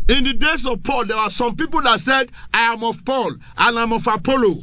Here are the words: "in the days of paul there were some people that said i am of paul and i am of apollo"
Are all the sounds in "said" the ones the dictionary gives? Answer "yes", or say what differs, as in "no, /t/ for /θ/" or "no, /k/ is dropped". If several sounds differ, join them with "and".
yes